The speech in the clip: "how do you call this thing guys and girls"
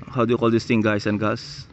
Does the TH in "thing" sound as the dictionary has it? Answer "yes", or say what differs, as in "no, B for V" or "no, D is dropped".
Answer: no, T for TH